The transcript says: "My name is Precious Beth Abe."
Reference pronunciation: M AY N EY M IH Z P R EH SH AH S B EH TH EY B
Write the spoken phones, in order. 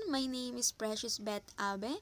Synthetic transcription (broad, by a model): M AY N EY M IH S P R EH SH AH S B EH T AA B